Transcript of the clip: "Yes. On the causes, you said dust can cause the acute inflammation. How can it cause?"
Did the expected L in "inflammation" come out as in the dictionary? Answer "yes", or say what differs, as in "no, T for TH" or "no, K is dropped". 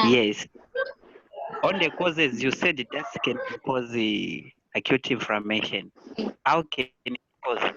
no, L is dropped